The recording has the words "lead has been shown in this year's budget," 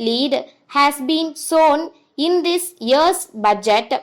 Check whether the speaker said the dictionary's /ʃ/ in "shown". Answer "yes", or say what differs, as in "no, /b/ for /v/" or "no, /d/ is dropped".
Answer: no, /s/ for /ʃ/